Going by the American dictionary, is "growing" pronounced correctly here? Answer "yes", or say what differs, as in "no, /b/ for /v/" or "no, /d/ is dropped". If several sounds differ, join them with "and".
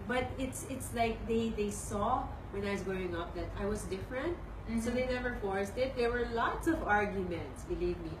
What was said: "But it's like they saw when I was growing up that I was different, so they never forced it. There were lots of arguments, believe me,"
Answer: no, /ɹ/ is dropped